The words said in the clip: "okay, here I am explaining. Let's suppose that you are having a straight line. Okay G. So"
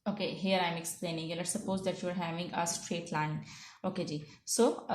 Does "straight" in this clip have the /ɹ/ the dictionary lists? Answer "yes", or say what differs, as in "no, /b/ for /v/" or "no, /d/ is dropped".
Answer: yes